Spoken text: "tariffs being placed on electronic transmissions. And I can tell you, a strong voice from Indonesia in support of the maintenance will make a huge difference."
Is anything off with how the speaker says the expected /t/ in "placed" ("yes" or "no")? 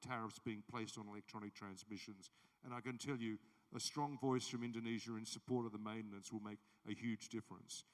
no